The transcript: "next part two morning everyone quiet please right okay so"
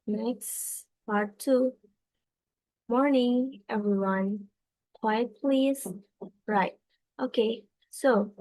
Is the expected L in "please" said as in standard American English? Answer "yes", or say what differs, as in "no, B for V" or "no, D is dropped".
yes